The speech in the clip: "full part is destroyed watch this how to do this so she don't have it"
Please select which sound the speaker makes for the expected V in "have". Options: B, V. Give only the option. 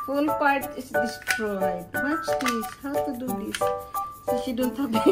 B